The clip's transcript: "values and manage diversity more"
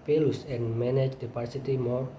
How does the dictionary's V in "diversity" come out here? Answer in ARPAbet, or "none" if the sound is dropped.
P